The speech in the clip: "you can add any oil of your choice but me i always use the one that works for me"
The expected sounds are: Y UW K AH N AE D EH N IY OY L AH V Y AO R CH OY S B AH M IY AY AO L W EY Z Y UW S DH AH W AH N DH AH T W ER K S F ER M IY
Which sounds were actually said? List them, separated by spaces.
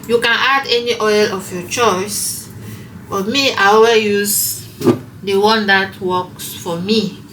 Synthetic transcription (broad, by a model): Y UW K AH N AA D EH N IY OY L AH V Y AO CH OY S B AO M IY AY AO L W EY Y UW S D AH W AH N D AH T W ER K S F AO M IY